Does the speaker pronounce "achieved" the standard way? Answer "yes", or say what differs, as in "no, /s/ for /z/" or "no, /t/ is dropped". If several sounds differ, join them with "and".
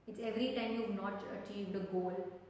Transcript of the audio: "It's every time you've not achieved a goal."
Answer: yes